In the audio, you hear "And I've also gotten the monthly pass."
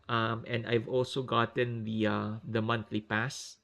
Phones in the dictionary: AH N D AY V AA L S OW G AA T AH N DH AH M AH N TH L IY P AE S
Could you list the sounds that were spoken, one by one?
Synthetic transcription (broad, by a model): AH N D AY V AA L S OW G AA T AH N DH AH M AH N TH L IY P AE S